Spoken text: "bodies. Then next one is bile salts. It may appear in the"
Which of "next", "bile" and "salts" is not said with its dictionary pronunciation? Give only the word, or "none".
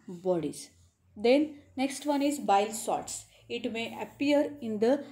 salts